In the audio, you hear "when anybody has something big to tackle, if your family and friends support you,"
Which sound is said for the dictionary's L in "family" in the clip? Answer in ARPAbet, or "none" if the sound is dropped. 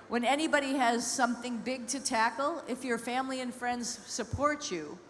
L